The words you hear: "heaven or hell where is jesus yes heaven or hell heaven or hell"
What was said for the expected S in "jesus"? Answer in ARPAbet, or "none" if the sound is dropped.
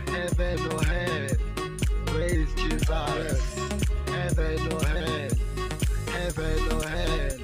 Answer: none